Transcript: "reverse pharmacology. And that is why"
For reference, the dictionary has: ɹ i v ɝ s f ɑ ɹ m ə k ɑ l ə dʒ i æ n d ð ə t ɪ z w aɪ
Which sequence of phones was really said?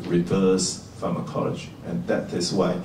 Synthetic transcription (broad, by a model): ɹ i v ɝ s f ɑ m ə k ɑ l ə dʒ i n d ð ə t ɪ s w aɪ